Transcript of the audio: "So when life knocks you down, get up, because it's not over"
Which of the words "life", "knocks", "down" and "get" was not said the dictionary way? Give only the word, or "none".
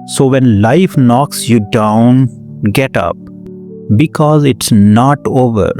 none